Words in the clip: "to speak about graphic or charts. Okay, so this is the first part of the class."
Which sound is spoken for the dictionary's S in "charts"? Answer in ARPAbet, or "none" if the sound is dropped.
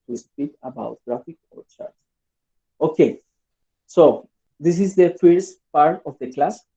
none